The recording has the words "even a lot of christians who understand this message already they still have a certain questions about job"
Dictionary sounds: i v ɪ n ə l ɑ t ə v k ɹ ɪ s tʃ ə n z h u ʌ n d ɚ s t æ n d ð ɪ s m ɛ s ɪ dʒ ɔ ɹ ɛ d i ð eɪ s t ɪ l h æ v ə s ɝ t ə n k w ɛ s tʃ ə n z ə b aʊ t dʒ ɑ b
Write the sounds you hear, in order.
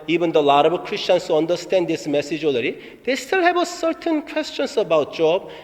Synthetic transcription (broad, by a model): i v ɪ n ə l ɑ t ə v k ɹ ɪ s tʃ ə n s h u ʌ n d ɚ s t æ n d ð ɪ s m ɛ s ɪ dʒ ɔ l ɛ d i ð eɪ s t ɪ l h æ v ə s ɝ t ə n k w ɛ s tʃ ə n s ə b aʊ t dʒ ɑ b